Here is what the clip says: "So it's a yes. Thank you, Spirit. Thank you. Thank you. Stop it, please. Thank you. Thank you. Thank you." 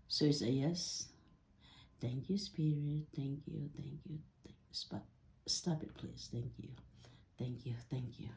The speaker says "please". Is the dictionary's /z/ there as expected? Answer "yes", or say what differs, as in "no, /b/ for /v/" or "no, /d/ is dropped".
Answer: no, /s/ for /z/